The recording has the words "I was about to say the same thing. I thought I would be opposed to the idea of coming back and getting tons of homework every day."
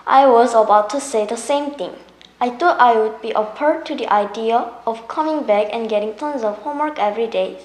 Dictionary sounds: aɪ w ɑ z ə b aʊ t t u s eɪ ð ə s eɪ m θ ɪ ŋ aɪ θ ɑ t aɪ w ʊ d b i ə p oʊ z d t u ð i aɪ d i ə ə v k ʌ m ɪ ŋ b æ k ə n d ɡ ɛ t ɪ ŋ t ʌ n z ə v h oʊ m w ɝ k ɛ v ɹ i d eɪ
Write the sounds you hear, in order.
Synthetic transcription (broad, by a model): aɪ w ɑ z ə b aʊ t t u s eɪ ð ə s eɪ m t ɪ ŋ aɪ t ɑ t aɪ w ʊ d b i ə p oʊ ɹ t u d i aɪ d i ə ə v k ʌ m ɪ ŋ b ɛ k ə n ɡ ɛ t ɪ ŋ t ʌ n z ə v h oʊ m w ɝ k ɛ v ɹ i d eɪ